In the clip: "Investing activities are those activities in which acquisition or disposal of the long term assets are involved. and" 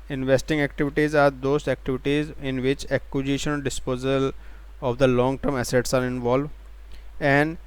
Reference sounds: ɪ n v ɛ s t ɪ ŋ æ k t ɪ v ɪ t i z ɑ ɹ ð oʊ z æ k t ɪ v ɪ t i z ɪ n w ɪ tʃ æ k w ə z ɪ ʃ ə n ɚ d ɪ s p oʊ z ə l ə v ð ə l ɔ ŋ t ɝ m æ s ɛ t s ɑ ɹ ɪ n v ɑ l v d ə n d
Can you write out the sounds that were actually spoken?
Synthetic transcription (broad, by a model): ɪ n v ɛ s t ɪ ŋ æ k t ɪ v ɪ t i z ɑ ɹ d oʊ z æ k t ɪ v ɪ t i z ɪ n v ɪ tʃ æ k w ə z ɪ ʃ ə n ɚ d ɪ s p oʊ z ə l ə v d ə l ɔ ŋ t ɝ m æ s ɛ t s ɑ ɹ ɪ n v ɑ l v ə n d